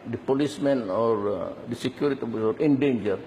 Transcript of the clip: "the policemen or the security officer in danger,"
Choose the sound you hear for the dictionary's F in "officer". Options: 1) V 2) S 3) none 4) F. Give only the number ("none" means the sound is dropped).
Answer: 3